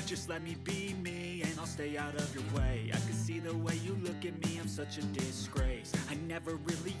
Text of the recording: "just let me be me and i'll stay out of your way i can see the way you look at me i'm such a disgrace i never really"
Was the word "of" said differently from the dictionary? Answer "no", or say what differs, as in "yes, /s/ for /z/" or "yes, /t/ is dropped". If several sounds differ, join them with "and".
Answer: no